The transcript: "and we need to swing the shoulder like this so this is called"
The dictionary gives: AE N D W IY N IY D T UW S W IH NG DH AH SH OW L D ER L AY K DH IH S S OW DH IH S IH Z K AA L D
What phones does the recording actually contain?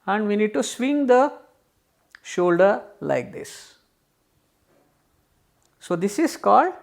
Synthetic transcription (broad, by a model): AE N D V IY N IY D T UW S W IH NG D AH SH OW L D ER L AY K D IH S S OW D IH S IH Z K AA L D